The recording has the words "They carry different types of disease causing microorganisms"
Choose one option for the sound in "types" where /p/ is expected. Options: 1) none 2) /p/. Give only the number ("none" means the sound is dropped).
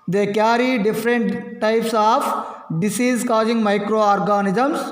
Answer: 2